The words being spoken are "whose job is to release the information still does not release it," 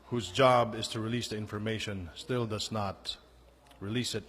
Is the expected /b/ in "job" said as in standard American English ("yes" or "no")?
yes